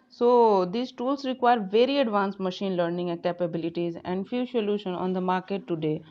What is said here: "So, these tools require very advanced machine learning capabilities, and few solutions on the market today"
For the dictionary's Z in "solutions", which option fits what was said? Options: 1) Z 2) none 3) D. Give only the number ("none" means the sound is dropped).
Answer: 2